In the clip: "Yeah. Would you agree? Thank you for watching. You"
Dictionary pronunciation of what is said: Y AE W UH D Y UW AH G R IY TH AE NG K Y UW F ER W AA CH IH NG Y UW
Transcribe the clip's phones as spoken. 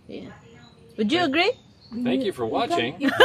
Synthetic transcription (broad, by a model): Y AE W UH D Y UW AH G R IY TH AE K Y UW F ER W AA CH IH NG